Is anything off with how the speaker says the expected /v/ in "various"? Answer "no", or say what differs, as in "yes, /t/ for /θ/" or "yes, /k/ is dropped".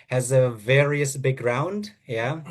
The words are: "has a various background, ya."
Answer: no